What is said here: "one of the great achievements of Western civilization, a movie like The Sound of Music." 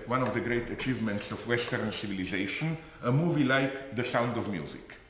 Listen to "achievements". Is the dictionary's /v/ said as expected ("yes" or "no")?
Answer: yes